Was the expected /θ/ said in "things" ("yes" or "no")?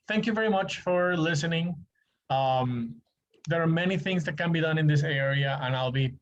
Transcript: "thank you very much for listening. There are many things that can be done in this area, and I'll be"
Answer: yes